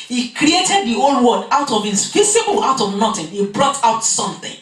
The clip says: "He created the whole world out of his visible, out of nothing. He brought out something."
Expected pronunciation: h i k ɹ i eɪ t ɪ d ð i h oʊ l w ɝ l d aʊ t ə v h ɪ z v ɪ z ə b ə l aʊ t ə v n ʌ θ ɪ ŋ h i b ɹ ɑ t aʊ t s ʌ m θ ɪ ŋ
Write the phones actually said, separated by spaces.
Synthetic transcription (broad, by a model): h i k ɹ i eɪ t ɪ d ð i oʊ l w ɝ d aʊ t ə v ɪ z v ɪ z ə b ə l aʊ t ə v n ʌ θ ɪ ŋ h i b ɹ ɑ t aʊ t s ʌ m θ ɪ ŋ